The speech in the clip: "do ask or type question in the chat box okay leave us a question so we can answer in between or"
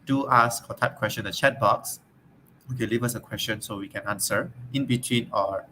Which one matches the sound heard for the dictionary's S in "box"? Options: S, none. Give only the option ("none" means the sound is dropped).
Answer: S